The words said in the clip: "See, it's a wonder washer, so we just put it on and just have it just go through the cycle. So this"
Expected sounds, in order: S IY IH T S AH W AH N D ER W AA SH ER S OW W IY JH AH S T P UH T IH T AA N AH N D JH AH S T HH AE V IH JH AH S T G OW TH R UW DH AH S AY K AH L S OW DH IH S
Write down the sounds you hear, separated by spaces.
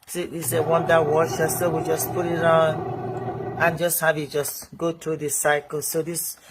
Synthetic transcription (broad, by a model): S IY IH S AH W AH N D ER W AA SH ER S OW W IY JH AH S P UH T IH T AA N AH N JH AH S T HH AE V IH JH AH S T G OW T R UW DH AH S AY K AH L S OW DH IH S